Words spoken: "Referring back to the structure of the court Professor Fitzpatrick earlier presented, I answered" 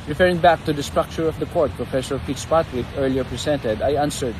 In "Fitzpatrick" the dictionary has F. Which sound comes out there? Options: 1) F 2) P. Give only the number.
2